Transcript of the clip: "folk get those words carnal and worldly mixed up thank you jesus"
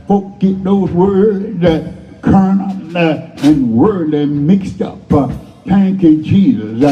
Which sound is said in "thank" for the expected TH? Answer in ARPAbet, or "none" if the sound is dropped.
T